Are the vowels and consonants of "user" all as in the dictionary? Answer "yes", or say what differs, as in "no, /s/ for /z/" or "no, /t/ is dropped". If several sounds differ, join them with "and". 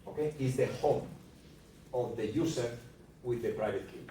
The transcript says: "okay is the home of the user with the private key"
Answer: no, /s/ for /z/